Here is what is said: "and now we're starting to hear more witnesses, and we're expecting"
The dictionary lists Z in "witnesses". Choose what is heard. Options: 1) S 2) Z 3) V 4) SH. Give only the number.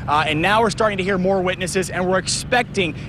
2